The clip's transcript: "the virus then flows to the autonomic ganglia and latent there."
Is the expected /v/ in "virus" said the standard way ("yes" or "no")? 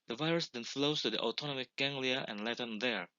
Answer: yes